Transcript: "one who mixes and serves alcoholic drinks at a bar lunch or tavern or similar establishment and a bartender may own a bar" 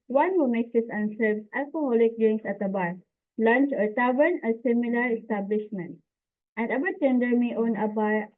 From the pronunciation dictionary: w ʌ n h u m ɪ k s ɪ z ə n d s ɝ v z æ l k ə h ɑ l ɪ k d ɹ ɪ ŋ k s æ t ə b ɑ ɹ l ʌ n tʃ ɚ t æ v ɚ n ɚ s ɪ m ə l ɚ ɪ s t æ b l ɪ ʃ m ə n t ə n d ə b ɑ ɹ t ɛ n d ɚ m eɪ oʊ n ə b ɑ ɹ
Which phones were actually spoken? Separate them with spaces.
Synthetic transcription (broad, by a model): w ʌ n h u m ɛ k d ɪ s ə n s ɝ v s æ l k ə h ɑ l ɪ k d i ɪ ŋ s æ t ə b ɑ ɹ l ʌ n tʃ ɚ t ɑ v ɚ n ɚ s ɪ m ə l ɚ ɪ s t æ b l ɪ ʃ m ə n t ə n d ə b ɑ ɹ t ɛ n d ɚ m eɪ oʊ n ə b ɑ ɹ